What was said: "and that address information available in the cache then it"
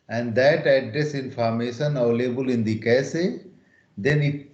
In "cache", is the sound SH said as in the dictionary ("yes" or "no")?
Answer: no